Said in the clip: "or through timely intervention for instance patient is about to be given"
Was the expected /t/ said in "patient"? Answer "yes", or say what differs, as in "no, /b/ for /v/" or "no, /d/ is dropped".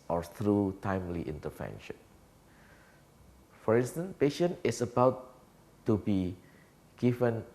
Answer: no, /t/ is dropped